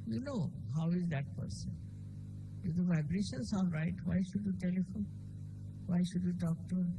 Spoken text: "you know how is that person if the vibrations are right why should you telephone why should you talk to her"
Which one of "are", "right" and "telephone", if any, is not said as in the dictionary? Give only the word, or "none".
are